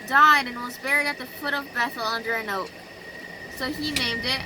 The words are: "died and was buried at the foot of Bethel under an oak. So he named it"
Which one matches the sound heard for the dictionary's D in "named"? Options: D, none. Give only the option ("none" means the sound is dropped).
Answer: D